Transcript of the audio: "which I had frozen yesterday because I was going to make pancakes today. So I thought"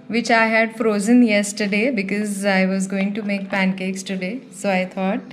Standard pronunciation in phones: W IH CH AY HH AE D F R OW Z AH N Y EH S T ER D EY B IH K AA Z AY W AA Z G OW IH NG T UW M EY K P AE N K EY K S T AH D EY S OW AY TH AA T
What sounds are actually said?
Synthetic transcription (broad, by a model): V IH CH AY HH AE D F R OW Z AH N Y EH S T ER D EY B IH K AA Z AY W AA Z G OW IH NG T UW M EY K P AE N K EY K S T AH D EY S OW AY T AA T